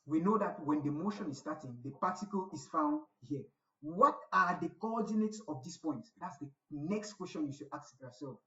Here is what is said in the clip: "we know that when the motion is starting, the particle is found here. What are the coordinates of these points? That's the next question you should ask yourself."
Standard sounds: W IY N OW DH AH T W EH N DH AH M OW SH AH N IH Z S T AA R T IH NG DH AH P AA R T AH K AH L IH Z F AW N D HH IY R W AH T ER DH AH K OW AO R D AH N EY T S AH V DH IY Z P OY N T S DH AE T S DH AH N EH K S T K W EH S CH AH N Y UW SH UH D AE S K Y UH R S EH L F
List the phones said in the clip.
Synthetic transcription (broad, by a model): W IY N OW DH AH T W EH N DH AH M OW SH AH N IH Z S T AA T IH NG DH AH P AA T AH K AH L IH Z F AW N D HH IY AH W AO T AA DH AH K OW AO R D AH N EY T S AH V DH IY S P OY N T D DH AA T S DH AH N EH K S T K W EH S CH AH N Y UW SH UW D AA K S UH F S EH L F